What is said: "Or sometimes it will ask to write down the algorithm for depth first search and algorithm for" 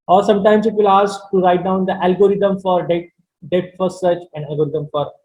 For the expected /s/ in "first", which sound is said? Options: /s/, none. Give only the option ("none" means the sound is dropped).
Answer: none